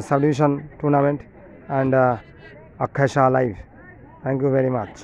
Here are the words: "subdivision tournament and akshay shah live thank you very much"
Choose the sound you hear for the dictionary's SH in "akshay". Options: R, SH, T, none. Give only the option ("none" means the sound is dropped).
none